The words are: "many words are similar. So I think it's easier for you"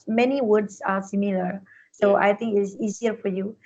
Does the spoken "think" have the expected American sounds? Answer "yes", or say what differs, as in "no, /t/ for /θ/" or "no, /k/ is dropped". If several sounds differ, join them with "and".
no, /t/ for /θ/